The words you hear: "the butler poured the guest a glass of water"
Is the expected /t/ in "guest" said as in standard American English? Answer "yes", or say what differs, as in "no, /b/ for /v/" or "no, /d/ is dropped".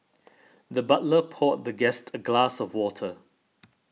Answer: yes